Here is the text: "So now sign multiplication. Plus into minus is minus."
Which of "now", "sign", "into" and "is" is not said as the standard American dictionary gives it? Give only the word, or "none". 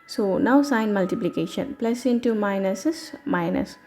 is